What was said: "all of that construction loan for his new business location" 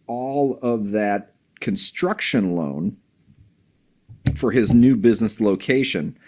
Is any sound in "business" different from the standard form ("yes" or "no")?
no